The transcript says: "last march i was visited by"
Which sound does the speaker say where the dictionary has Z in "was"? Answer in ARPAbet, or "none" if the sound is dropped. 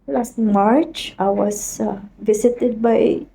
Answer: S